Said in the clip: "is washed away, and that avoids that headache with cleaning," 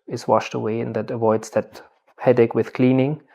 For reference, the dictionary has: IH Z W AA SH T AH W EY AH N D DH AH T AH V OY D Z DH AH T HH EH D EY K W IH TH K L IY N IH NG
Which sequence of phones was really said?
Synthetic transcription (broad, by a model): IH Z W AA SH T AH W EY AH N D DH AH T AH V OY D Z DH AH T HH EH D EY K W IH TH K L IY N IH NG